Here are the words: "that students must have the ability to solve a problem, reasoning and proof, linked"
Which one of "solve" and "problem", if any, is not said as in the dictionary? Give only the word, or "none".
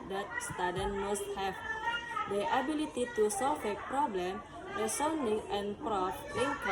solve